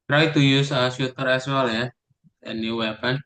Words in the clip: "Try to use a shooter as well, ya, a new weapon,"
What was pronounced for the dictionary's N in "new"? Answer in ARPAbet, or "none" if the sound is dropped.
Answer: N